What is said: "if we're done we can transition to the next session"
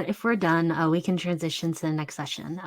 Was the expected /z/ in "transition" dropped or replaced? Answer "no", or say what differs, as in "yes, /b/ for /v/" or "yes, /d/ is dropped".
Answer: no